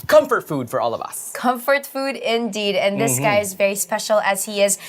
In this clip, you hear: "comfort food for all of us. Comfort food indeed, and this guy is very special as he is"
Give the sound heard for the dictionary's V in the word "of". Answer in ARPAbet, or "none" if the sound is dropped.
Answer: V